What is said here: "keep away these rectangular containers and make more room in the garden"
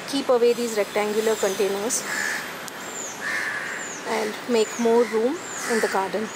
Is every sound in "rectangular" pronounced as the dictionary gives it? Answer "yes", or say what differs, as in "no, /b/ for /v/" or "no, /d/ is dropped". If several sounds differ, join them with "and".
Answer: yes